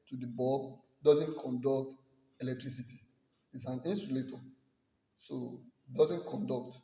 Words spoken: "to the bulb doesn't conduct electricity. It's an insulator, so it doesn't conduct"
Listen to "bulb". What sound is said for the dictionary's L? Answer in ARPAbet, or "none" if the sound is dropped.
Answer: none